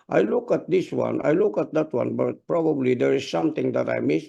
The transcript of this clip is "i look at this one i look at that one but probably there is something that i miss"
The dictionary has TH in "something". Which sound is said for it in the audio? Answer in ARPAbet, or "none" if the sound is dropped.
T